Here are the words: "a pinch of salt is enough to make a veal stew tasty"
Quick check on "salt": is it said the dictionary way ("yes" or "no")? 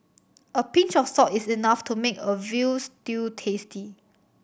no